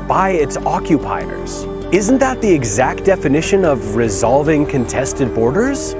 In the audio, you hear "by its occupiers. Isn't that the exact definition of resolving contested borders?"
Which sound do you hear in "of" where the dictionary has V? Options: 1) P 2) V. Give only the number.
2